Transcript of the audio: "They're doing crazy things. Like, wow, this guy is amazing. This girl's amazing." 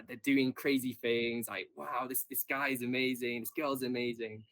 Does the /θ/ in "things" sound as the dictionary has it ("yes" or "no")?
yes